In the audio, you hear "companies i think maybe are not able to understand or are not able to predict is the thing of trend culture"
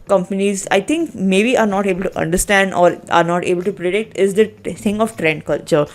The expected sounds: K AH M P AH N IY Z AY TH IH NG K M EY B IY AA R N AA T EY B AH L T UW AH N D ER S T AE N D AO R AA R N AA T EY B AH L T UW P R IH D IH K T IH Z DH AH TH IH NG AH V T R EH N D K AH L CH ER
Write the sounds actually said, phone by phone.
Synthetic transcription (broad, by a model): K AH M P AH N IY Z AY T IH NG K M EY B IY AA R N AA T EY B AH L T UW AH N D ER S T AE N D AO R AA R N AA T EY B AH L T UW P R IH D IH K T IH Z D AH T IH NG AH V T R EH N D K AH L CH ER